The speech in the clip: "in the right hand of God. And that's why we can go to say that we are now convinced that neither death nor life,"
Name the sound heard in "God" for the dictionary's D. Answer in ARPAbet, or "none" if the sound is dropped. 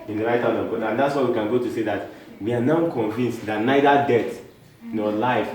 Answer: none